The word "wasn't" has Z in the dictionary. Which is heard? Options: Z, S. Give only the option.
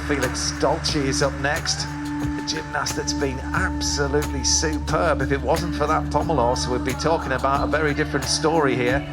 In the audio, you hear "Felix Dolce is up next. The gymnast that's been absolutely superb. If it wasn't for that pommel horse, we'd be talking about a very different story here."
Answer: Z